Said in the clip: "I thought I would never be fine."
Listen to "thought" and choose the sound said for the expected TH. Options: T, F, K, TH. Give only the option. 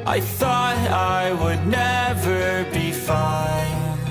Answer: TH